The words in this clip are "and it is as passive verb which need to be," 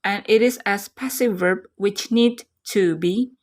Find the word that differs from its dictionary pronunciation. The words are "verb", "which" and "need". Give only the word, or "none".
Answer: none